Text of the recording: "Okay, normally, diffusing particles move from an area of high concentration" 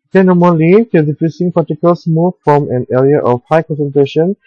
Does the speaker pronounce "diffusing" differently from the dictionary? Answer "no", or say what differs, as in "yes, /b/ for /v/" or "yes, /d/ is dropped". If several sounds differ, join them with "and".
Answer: yes, /s/ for /z/